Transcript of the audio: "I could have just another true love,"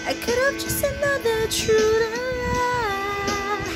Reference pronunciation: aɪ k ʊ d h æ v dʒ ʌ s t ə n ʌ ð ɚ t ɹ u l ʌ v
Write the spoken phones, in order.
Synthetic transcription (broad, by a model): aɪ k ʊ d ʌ p dʒ ʌ s t ə n ʌ ð ɚ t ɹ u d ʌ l